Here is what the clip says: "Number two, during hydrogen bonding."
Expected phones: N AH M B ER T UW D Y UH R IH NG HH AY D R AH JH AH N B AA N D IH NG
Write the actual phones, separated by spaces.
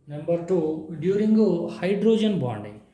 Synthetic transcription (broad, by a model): N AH M B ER T UW D Y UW R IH NG HH AY D R AH JH AH N B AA N D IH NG